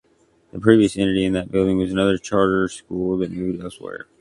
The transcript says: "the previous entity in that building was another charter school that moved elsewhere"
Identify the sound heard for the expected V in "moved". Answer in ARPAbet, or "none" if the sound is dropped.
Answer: none